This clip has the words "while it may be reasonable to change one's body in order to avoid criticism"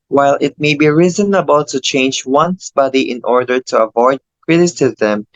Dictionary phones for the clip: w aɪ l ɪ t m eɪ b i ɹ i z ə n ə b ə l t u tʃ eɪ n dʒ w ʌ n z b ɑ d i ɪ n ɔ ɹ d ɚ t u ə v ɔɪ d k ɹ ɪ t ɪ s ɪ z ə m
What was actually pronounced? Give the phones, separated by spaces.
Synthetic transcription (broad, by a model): w aɪ l ɪ t m eɪ b i ɹ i z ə n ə b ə l t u tʃ eɪ n dʒ w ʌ n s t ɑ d i ɪ n ɔ ɹ d ɚ t u ə v ɔɪ d k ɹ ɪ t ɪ s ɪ z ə m